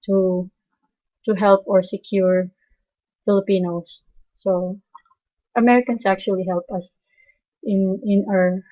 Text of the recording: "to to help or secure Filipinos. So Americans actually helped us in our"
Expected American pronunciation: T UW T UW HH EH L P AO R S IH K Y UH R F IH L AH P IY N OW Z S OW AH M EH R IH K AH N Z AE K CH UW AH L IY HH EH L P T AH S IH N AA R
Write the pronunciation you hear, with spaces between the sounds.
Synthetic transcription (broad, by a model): T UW T UW HH EH L P AO R S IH K Y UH R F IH L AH P IY N OW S S OW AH M EH R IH K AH N S AE K CH UW AH L IY HH EH L P AH S IH N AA R